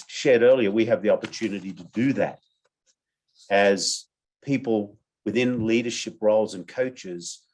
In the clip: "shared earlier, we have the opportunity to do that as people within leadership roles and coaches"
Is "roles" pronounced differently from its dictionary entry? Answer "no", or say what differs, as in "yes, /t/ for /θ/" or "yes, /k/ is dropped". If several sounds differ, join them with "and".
no